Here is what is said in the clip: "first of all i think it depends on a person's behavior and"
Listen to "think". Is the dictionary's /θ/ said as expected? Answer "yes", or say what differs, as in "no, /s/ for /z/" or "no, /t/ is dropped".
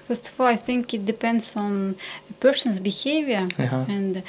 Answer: yes